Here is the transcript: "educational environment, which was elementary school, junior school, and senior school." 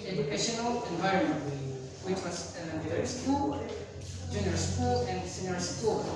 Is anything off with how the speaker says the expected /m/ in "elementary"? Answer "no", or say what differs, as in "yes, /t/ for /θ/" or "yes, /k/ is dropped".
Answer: yes, /m/ is dropped